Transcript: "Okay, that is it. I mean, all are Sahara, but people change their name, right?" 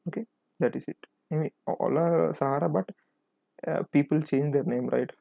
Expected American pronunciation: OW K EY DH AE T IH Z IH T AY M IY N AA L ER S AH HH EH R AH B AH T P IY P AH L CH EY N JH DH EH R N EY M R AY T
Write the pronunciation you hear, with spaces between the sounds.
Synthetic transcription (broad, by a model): OW K EY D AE T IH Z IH T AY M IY AA L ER S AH HH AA R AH B AH T P IY P AH L CH EY N JH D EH R N EY M R AY T